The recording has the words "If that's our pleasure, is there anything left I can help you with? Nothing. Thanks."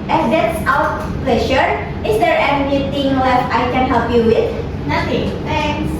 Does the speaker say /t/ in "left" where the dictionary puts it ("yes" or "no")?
no